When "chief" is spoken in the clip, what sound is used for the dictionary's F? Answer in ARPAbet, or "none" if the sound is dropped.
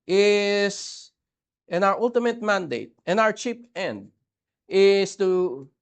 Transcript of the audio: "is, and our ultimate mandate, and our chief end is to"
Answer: P